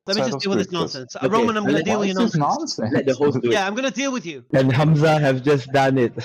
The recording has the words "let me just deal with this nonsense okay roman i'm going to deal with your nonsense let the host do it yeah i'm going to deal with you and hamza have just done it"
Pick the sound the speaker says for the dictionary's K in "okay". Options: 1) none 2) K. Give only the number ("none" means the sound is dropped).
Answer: 1